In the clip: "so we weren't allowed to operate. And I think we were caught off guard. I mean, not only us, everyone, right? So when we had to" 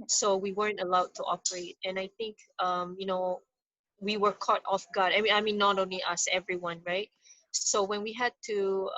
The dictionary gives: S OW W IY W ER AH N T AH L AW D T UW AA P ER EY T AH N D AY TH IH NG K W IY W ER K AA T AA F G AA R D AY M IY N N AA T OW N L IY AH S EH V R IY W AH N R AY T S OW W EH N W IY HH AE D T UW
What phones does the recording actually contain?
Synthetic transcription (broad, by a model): S OW W IY W ER AH N T AH L AW D T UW AA P ER EY T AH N AY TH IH NG K W IY W ER K AA T AA F G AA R D AY M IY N N AA T OW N L IY AH S EH V R IY W AH N R AY T S OW W EH N W IY HH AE D T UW